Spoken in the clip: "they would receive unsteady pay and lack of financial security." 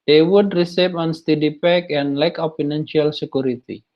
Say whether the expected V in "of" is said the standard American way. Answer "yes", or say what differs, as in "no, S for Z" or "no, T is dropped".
no, P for V